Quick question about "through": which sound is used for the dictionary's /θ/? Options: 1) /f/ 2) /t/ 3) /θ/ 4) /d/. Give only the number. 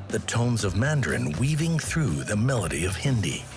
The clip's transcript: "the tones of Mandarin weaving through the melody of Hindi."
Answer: 3